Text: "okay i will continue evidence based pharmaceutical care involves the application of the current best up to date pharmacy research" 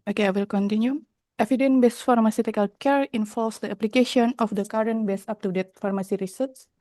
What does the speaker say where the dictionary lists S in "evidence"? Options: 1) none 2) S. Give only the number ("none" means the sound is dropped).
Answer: 1